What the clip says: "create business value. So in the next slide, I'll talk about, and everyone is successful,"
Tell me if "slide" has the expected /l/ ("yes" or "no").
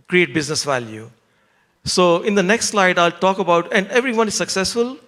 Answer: yes